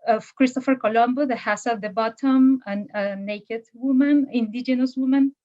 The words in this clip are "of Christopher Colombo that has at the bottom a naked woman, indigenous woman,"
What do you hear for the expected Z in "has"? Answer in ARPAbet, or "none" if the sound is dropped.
S